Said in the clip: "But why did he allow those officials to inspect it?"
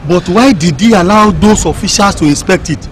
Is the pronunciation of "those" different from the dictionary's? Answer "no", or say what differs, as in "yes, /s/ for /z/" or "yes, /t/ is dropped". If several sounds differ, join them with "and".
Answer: yes, /s/ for /z/